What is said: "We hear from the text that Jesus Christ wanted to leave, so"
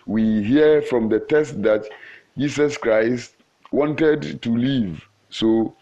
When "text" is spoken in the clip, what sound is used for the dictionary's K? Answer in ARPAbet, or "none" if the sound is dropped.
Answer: none